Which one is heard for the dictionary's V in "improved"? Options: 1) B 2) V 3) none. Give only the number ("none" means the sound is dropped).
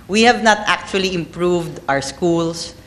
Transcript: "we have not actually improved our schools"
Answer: 2